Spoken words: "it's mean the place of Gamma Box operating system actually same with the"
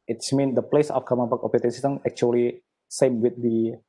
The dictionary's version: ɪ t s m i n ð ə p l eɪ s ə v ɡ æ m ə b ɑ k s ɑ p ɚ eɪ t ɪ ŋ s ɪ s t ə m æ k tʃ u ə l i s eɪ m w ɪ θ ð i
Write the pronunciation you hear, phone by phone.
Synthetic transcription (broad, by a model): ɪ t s m i n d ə p l eɪ s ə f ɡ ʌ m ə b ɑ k ɑ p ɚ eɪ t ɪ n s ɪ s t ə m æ k tʃ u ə l i s eɪ m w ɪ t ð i